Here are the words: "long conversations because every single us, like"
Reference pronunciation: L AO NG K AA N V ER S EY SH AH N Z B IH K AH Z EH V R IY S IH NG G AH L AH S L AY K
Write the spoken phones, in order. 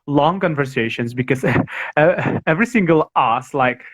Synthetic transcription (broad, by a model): L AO NG K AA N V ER S EY SH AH N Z B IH K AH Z EH V R IY S IH NG G AH L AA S L AY K